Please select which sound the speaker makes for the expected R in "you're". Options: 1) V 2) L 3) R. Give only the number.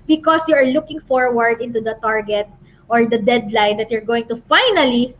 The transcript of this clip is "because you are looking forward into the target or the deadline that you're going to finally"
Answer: 3